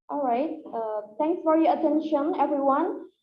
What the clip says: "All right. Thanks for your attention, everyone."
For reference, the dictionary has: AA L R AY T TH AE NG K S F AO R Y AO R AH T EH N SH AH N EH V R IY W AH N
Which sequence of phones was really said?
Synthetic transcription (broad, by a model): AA L R AY T T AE NG K S F AO R Y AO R AH T EH N SH AH N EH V R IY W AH N